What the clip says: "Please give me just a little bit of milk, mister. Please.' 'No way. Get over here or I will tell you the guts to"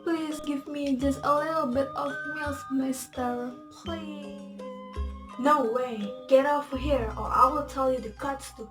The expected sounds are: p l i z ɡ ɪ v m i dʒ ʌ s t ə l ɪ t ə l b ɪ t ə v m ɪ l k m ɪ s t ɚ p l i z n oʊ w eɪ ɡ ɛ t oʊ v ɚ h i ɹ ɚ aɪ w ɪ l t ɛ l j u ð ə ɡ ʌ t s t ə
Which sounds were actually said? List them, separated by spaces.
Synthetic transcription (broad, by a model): p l i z ɡ ɪ v m i dʒ ʌ s t ə l ɪ t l b ɪ t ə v m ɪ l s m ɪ s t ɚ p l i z n oʊ w eɪ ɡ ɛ t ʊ f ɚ h i ɹ ɚ aɪ w ɪ l t ɛ l j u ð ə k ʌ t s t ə